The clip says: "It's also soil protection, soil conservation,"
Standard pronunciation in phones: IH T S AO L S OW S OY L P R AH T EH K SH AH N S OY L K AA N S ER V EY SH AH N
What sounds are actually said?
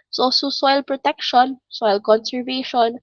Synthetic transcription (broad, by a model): S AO S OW S OY L P R AH T EH K SH AH N S OY L K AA N S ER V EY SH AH N